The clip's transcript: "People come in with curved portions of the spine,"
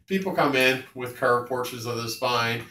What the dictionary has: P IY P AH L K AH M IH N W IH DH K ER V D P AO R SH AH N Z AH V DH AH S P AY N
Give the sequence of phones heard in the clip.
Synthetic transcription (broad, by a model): P IY P L K AH M IH N W IH DH K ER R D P AO R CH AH Z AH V DH AH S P AY N